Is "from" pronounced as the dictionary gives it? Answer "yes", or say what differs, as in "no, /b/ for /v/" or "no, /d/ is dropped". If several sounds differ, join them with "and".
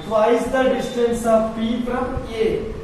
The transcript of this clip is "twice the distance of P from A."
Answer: no, /p/ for /f/